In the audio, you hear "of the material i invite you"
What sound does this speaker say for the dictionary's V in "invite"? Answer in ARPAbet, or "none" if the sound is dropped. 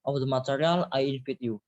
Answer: F